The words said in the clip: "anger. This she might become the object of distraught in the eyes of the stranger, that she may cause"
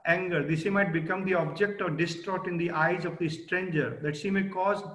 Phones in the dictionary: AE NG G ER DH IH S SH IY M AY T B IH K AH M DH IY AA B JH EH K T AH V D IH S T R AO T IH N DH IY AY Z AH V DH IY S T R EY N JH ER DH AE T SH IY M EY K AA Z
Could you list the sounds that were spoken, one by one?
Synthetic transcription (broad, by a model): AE NG G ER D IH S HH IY M AY T B IH K AH M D IY AA B JH EH K T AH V D IH S T R AO T IH N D IY AY Z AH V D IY S T R EY N JH ER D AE T SH IY M EY K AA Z